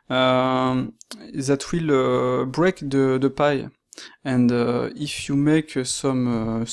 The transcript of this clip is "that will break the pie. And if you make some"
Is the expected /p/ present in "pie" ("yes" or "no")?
yes